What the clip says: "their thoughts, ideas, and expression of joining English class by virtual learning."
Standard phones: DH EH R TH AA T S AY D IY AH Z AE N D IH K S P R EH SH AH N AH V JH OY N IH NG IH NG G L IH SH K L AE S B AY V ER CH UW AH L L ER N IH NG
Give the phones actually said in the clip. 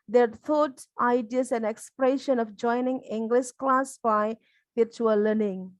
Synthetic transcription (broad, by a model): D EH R T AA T AY D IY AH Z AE N IH K S P R EH SH AH N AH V JH OY N IH NG IH NG G L IH SH K L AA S B AY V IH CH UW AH L L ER N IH NG